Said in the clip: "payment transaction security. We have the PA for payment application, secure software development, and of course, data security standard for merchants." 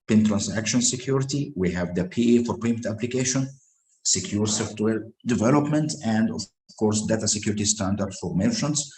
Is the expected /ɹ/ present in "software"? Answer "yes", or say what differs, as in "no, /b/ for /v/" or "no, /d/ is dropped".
no, /l/ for /ɹ/